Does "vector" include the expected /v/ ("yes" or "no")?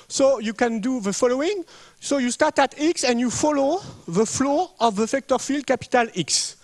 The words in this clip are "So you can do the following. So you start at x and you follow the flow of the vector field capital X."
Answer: no